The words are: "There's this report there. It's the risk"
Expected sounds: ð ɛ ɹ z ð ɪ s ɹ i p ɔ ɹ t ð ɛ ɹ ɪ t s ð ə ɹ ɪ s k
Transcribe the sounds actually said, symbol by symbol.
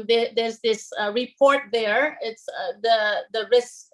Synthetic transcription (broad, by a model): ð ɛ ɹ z ð ɪ s ɹ i p ɔ ɹ t ð ɛ ɹ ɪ t s ð ə ɹ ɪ s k